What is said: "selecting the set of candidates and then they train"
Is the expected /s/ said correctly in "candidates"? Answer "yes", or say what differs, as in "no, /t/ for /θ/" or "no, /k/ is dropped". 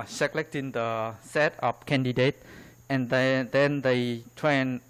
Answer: no, /s/ is dropped